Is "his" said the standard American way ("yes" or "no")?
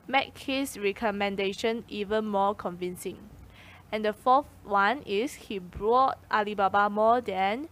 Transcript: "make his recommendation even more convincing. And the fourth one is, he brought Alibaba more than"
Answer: no